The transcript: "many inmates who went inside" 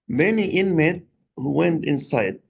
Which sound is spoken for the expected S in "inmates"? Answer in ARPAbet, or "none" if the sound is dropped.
none